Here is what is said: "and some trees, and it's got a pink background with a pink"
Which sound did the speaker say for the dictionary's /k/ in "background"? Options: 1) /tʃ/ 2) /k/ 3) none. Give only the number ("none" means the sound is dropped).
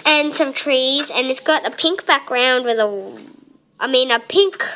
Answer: 2